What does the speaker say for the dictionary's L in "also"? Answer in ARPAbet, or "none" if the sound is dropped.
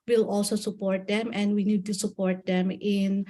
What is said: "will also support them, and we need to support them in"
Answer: L